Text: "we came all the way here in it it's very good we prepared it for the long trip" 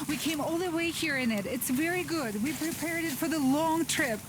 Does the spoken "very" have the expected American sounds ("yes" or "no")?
yes